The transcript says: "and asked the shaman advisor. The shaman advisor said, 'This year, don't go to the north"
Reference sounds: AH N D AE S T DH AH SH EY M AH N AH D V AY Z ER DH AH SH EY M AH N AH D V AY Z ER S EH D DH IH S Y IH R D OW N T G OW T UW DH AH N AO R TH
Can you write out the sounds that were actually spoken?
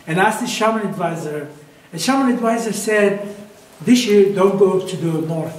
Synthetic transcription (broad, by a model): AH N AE S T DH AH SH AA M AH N AH D V AY Z ER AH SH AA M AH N AH D V AY Z ER S EH D DH IH S Y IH R D OW N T G OW T UW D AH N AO R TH